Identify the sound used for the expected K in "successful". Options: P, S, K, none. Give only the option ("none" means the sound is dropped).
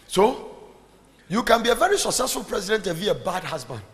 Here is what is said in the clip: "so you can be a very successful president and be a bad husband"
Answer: K